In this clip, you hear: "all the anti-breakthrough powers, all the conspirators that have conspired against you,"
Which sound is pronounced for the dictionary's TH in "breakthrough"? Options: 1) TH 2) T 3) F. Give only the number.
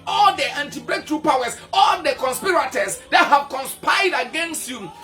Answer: 2